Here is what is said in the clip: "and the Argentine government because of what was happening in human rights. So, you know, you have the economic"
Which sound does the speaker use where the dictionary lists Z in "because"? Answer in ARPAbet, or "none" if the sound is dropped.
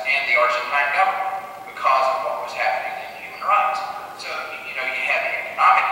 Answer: Z